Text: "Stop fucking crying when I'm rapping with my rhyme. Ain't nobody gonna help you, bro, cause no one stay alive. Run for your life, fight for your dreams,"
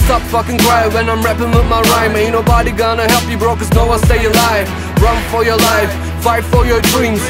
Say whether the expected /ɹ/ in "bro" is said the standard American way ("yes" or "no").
yes